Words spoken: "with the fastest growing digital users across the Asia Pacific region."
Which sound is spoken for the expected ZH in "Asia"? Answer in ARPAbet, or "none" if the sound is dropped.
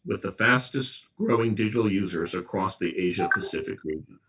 ZH